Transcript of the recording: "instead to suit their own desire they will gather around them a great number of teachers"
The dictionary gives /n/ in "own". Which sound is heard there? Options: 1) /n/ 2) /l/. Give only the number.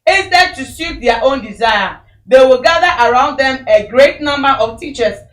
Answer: 1